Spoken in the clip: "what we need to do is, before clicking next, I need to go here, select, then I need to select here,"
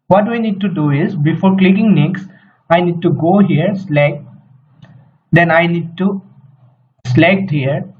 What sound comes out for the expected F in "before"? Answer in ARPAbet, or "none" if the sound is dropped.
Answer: F